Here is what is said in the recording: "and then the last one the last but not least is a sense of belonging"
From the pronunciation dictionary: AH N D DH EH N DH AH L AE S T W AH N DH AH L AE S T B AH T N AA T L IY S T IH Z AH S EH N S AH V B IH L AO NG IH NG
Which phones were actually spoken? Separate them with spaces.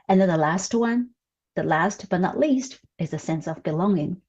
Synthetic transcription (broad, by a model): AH N DH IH N DH AH L AE S T W AH N DH AH L AE S T B AH T N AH T L IY S T IH Z AH S EH N S AH V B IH L AO NG IH NG